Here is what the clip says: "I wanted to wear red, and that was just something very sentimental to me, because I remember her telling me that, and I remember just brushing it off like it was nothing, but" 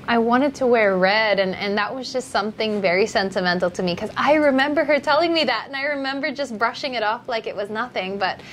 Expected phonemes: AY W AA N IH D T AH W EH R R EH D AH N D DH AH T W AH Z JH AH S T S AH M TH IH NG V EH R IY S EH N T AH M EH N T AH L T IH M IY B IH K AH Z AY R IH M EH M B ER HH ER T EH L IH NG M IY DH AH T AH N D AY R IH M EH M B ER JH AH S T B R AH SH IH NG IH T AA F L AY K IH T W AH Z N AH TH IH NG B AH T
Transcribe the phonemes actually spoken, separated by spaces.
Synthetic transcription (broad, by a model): AY W AA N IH D T AH W EH R R EH D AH N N DH AH T W AH Z JH AH S T S AH M TH IH NG V EH R IY S EH N T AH M EH N T L T IH M IY K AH Z AY R IH M EH M B ER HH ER T EH L IH NG M IY DH AH T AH N AY R IH M EH M B ER JH AH S B R AH SH IH NG IH T AA F L AY K IH T W AH Z N AH TH IH NG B AH T